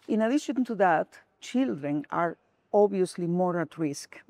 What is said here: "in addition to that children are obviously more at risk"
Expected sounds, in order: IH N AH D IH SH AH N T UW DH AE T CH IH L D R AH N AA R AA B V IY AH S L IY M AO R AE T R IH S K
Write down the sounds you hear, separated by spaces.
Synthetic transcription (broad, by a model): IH N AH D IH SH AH N T UW DH AE T CH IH L D R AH N AA R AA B IY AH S L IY M AO R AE T R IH S K